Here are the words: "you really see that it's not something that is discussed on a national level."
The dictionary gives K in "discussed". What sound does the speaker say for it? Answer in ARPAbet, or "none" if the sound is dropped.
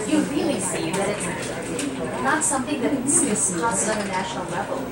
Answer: none